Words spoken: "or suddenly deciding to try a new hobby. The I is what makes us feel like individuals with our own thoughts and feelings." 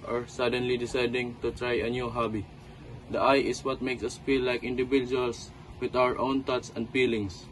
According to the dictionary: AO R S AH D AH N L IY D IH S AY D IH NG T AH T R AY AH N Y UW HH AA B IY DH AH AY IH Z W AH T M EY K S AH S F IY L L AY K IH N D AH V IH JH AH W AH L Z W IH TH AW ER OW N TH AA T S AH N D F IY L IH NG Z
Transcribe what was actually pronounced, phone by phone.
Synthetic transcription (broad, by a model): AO R S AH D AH N L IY D IH S AY D IH NG T AH T R AY AH N Y UW HH AA B IY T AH AY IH S W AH T M EY K S AH S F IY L L AY K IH N D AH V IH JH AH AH L S W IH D AW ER OW N T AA T S AH N D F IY L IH NG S